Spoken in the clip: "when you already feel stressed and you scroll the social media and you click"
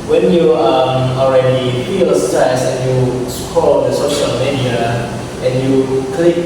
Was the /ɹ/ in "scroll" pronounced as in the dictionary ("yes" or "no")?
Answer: no